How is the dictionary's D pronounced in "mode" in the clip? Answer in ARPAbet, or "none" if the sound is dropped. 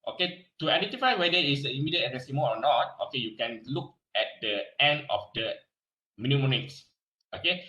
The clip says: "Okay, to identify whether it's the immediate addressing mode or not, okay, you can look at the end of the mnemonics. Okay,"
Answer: none